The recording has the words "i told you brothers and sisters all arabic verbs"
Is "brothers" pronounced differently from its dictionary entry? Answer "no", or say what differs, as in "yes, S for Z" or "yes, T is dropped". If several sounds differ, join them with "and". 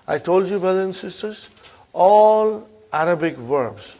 yes, Z is dropped